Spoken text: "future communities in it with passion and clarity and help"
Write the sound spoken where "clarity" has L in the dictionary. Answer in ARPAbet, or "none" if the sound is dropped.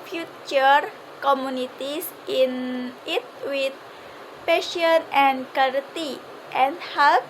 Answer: none